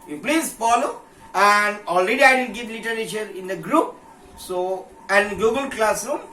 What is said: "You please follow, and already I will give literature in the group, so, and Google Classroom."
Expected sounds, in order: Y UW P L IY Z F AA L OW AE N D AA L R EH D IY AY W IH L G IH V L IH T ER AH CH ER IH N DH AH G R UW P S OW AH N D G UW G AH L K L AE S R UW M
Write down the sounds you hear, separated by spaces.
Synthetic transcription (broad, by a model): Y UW P L IY Z F AA L OW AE N D AA L R EH D IY AY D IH N G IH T L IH T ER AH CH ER IH N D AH G R UW P S OW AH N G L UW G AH L K L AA S R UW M